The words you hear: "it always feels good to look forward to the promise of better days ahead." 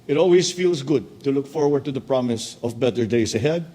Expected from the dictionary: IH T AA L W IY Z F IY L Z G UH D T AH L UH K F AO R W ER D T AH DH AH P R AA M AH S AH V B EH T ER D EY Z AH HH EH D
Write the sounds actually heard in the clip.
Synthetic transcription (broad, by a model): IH T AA L W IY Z F IY L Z G UH D T AH L UH K F AO R W ER D T AH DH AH P R AA M AH S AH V B EH T ER D EY S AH HH EH D